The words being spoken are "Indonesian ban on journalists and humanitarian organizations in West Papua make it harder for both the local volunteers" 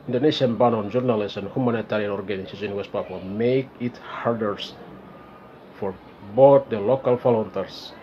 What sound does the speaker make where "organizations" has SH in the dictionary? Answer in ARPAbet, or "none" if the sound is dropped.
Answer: S